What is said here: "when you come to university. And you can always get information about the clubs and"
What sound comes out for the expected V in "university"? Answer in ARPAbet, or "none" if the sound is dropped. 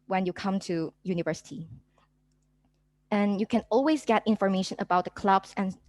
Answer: V